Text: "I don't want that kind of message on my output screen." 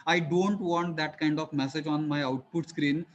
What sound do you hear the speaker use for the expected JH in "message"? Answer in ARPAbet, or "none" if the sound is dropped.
JH